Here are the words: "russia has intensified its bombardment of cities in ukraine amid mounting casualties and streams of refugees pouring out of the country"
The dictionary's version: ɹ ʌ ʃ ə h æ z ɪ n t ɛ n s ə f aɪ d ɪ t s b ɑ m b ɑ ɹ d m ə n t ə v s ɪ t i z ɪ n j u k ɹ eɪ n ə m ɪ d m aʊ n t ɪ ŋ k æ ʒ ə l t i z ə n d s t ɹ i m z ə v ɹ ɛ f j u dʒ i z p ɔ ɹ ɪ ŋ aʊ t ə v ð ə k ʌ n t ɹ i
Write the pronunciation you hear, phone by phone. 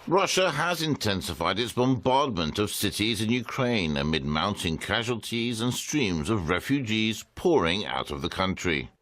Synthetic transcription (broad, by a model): ɹ ʌ ʃ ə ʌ z ɪ n t ɛ n s ə f aɪ d ɪ t s b ɑ m b ɑ ɹ d m ə n t ə v s ɪ t i z ɪ n j u k ɹ eɪ n ə m ɪ d m aʊ n t ɪ ŋ k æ ʒ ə l t i z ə n s t ɹ i m z ə v ɹ ɛ f j u dʒ i z p ɔ ɹ ɪ ŋ aʊ t ə v ð ə k ʌ n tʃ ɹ i